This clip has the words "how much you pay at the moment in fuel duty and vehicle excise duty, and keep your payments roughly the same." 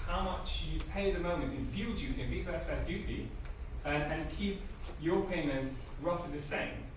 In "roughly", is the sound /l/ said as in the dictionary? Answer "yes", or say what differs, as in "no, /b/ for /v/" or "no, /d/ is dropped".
no, /l/ is dropped